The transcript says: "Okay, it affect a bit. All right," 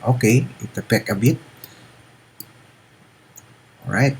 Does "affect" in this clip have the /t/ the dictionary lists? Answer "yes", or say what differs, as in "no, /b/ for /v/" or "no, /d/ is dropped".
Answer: no, /t/ is dropped